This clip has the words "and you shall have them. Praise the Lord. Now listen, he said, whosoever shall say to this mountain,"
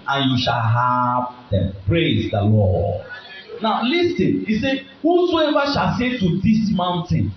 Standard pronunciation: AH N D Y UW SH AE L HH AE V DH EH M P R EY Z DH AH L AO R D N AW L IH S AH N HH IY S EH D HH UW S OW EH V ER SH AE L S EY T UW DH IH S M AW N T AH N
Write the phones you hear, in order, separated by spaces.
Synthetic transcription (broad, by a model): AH N Y UW SH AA L HH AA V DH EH M P R EY Z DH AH L AO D N AW L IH S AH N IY S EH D HH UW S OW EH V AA SH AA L S EY T UW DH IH S M AW N T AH N